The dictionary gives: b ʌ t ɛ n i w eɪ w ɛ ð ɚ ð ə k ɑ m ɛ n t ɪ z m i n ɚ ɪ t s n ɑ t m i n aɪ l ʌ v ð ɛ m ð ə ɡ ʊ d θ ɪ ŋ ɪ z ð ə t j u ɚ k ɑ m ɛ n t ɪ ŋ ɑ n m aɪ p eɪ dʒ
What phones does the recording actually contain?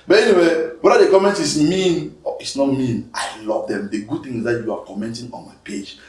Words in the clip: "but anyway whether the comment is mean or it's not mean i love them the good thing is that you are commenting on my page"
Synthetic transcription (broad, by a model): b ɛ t ɛ n i w eɪ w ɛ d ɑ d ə k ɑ m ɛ n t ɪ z m i n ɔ ɪ t s n ɑ t m i n aɪ l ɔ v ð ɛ m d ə ɡ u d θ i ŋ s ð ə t j u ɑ k ɑ m ɛ n t ɪ ŋ ɑ n m aɪ p eɪ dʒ